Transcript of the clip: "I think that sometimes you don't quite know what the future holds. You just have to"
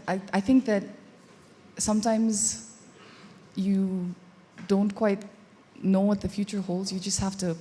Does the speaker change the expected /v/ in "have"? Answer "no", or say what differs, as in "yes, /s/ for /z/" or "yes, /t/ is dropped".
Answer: yes, /f/ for /v/